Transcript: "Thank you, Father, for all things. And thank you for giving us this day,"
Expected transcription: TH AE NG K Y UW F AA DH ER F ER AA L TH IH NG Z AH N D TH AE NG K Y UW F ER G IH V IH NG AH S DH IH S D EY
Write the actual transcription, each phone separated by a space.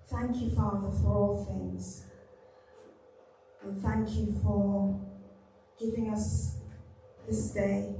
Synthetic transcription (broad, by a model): TH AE NG K Y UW F AA DH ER F ER AA L TH IH NG Z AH N TH AE NG K Y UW F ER G IH V IH NG AH S DH IH S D EY